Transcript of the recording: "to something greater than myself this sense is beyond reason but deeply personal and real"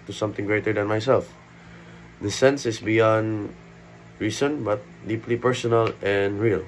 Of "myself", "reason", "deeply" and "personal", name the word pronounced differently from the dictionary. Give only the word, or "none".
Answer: reason